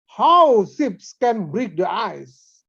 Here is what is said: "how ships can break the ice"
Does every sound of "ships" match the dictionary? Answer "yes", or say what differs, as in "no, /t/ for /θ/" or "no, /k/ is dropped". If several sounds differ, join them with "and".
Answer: no, /s/ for /ʃ/